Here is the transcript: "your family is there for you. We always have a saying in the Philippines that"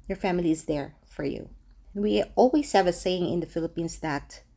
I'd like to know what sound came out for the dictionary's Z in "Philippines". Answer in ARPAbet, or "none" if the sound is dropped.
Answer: S